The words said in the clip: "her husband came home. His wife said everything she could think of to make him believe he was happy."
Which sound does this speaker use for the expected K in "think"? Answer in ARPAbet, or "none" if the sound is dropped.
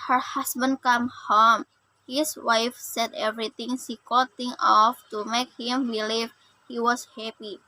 none